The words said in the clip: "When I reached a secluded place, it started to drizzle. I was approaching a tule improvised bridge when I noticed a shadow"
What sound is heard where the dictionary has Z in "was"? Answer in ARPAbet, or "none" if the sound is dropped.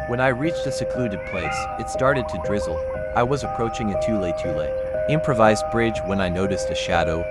Z